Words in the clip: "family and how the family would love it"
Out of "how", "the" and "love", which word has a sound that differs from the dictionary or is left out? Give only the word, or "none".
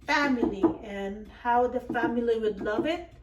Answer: none